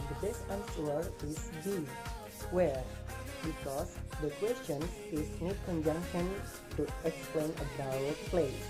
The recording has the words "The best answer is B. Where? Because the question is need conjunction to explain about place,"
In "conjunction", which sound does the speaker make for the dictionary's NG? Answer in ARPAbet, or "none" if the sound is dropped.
NG